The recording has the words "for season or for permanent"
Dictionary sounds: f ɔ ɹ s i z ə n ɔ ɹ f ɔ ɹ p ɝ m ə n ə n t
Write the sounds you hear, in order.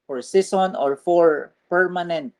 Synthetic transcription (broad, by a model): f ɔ ɹ s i s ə n ɔ ɹ f ɔ ɹ p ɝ m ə n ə n t